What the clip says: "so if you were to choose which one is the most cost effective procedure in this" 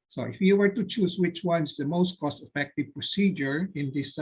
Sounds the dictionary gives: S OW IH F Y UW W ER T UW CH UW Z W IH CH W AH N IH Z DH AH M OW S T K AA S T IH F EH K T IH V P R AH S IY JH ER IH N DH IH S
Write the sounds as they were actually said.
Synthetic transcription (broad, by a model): S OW IH F Y UW W ER T UW CH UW S W IH CH W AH N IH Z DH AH M OW S T K AA S T IH F EH K T IH V P R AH S IY JH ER IH N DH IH S